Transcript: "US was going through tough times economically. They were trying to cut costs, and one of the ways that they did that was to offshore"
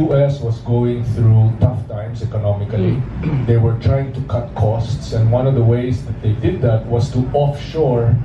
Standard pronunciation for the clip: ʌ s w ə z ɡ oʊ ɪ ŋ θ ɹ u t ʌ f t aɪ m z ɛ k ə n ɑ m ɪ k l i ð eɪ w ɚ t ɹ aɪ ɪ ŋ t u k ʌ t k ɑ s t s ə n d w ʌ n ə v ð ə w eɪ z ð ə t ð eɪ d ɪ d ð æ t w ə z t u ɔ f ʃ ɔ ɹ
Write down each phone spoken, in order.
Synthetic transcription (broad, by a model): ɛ s w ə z ɡ oʊ ɪ ŋ θ ɹ u t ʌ f t aɪ m s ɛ k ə n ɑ m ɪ k l i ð eɪ w ɚ t ɹ aɪ ɪ ŋ t u k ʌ t k ɑ s t s ə n d w ʌ n ə v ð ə w eɪ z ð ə t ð eɪ d ɪ d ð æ t w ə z t u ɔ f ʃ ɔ ɹ